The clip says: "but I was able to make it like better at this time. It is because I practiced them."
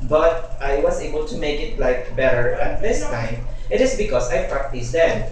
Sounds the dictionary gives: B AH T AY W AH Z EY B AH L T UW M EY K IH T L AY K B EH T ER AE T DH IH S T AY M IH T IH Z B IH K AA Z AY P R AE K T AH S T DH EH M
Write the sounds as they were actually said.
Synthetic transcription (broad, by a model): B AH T AY W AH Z EY B AH L T UW M EY K IH T L AY K B EH T ER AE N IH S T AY IH T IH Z B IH K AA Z AY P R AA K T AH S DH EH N